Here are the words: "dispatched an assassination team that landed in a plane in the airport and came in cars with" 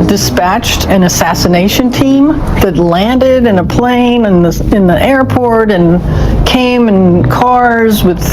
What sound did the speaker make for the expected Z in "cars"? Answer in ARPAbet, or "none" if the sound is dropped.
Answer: Z